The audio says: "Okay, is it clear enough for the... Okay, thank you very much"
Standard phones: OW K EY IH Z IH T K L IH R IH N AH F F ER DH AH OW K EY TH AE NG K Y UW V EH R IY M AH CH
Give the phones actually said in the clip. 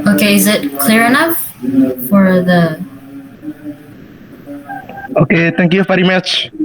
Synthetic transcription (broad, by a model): OW K EY IH Z IH T K L IH R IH N AH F F ER DH AH OW K EY T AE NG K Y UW F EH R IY M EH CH